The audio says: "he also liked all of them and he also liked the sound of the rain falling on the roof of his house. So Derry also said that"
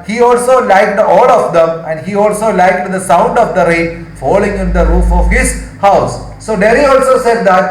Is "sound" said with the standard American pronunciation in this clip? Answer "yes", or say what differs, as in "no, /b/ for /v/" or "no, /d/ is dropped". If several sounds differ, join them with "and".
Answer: yes